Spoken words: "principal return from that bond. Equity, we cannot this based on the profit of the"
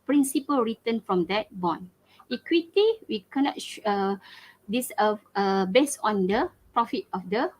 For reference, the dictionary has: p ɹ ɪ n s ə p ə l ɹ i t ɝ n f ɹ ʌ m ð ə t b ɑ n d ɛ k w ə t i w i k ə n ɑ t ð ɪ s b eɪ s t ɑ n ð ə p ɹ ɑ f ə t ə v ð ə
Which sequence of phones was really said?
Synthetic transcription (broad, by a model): p ɹ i n s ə p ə l ɹ i t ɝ n f ɹ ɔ m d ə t b ɑ n i k w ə t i w i k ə n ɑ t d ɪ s b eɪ s ɑ n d ə p ɹ ɑ f ə t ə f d ə